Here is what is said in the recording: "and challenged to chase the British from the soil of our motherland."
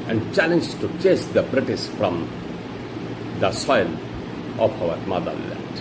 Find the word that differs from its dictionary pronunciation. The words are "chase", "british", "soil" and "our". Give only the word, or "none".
british